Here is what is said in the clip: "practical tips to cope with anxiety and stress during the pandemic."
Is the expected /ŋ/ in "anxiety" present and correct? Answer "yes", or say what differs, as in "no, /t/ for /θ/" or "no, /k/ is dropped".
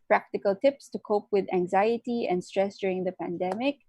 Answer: yes